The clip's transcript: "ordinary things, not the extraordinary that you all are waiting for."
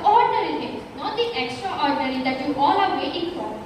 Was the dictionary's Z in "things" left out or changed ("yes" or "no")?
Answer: yes